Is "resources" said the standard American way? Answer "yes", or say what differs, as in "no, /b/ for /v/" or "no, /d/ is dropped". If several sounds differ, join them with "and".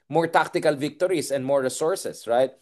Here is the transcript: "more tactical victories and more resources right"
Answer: no, /s/ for /z/